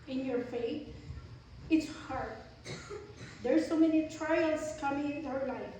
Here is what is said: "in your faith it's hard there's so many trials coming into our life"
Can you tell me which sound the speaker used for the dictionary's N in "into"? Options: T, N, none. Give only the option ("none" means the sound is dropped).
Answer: none